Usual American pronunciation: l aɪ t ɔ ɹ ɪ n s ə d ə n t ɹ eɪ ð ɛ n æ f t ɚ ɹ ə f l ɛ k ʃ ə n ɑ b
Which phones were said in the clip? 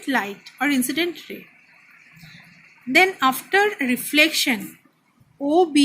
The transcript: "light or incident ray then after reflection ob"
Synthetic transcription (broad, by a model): l aɪ t ɔ ɹ ɪ n s ə d ə n t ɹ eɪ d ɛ n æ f t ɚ ɹ ə f l ɛ k ʃ ə n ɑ b